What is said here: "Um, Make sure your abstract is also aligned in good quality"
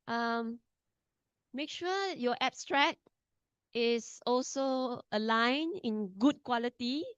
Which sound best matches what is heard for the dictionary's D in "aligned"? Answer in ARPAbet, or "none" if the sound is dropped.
none